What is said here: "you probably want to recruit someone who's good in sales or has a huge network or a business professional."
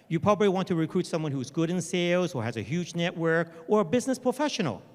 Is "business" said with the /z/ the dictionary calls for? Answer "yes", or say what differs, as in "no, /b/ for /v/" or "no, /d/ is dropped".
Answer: yes